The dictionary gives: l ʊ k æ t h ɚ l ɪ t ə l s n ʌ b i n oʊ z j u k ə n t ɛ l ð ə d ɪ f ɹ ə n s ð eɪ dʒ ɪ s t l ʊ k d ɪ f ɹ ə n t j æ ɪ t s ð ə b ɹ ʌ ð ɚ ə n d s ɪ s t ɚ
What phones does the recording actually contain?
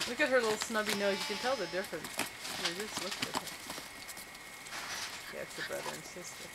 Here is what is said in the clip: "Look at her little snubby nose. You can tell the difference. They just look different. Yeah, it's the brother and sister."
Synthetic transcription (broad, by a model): l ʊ k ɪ t h ɚ l ɪ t l s n ʌ b i n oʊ j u k ə n t ɛ l ð ə d ɪ f ɹ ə n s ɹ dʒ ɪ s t l ʊ k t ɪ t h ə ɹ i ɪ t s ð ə b ɹ ʌ ð ɚ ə n s ɪ s t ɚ